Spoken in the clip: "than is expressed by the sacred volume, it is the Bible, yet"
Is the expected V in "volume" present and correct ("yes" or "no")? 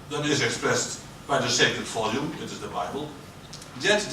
no